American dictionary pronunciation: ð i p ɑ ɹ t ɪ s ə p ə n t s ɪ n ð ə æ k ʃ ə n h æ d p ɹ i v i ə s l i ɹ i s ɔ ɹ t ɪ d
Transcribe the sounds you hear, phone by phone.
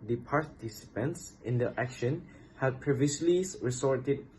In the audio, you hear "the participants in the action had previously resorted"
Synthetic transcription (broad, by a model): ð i p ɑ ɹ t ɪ s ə p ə n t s ɪ n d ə æ k ʃ ə n h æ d p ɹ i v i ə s l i ɹ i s ɔ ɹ t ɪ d